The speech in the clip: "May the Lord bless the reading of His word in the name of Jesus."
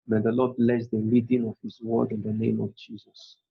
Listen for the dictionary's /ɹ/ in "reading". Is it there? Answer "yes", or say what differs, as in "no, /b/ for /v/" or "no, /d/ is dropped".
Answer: no, /l/ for /ɹ/